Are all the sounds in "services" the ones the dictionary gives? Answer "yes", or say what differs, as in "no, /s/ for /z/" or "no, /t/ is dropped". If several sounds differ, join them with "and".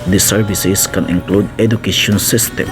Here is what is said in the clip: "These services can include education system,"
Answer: no, /s/ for /z/